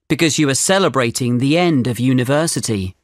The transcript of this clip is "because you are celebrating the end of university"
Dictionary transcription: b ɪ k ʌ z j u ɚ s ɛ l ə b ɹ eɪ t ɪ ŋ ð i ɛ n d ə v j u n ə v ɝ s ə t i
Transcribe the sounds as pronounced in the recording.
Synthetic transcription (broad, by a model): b ɪ k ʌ z j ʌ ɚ s ɛ l ə b ɹ eɪ t ɪ ŋ ð i ɛ n d ə v j u n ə v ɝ s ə t i